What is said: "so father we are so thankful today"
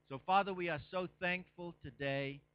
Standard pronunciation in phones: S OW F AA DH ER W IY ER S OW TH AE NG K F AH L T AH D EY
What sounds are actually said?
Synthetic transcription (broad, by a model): S OW F AA DH ER W IY ER S OW TH AE NG K F AH L T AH D EY